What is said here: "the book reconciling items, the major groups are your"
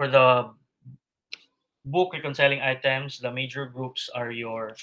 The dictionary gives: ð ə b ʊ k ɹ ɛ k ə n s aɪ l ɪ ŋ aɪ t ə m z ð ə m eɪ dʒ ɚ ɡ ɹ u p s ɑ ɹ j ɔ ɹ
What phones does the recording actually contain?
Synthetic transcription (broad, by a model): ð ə b ʊ k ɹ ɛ k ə n s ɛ l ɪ ŋ aɪ t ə m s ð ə m eɪ dʒ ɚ ɡ ɹ u p s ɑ ɹ j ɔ ɹ